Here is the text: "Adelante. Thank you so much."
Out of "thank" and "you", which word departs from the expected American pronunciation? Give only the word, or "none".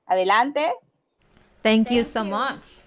thank